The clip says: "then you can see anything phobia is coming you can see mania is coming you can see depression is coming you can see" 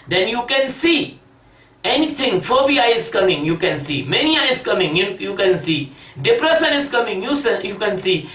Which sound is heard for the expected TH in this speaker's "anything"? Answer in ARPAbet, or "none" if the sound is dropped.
T